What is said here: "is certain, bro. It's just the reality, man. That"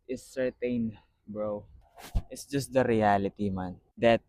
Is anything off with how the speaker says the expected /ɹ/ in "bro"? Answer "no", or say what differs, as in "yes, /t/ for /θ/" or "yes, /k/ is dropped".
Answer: no